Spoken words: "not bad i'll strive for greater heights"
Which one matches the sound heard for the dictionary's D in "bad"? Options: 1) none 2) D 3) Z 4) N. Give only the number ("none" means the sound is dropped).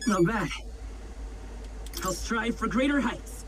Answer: 1